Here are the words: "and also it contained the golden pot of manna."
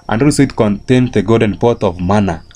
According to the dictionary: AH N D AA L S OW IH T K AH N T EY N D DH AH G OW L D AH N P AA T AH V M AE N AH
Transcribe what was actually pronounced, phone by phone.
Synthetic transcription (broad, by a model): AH N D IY S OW IH T K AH N T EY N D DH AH G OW D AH N P AA T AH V M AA N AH